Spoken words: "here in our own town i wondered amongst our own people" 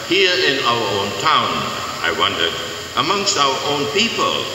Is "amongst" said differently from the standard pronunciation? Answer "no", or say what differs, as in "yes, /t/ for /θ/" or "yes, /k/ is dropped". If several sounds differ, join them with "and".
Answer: no